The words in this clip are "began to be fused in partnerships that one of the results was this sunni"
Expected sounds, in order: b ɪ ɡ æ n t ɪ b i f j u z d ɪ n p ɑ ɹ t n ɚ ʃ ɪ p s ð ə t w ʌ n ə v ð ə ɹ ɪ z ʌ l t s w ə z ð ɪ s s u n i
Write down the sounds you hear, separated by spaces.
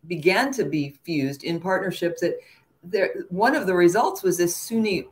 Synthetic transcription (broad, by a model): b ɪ ɡ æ n t ɪ b i f j u z d ɪ n p ɑ ɹ t n ɚ ʃ ɪ p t ð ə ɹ w ʌ n ə v ð ə ɹ ɪ z ʌ l t s w ə z ð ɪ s s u n i